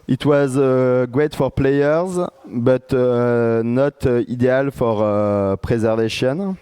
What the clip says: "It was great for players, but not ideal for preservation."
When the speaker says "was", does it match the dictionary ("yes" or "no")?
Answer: yes